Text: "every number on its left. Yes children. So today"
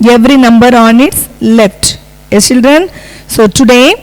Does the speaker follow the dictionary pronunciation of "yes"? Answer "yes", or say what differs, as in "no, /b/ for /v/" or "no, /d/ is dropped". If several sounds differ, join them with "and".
no, /s/ is dropped